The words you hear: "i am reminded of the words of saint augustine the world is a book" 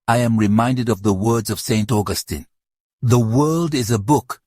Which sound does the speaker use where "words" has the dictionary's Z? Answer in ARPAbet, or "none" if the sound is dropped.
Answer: Z